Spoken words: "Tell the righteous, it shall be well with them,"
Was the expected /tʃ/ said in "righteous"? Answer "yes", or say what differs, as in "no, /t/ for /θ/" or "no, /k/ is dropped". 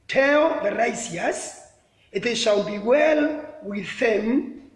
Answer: no, /s/ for /tʃ/